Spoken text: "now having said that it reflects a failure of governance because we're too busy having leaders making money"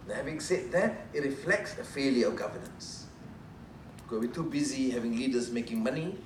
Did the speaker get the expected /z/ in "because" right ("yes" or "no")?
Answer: no